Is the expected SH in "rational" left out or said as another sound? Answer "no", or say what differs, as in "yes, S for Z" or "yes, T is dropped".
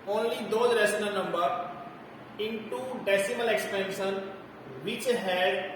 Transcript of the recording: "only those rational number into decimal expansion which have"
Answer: yes, S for SH